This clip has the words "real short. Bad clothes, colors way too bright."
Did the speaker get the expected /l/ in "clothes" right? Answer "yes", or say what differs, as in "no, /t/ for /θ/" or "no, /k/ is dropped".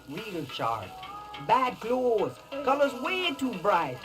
yes